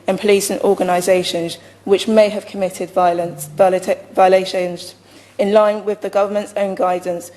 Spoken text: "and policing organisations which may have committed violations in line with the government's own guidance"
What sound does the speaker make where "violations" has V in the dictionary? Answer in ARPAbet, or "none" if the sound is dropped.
V